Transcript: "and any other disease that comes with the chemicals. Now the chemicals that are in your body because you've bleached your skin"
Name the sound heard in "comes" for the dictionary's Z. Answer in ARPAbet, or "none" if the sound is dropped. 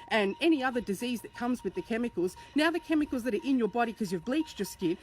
Z